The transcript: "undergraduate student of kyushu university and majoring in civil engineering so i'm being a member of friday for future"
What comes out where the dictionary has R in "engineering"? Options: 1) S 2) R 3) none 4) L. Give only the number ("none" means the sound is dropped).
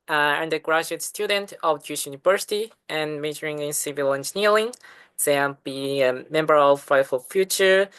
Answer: 4